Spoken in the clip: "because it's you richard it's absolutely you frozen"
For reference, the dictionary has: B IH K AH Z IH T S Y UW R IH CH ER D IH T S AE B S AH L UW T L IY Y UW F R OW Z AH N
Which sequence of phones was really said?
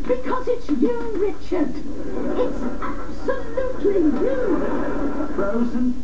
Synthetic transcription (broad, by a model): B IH K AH Z IH T S Y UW R IH CH ER D IH T S AE B S AH L UW T L IY Y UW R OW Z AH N